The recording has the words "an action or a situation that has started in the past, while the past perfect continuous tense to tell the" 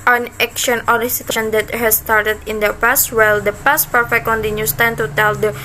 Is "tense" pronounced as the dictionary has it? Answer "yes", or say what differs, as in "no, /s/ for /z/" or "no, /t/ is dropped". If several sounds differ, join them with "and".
no, /s/ is dropped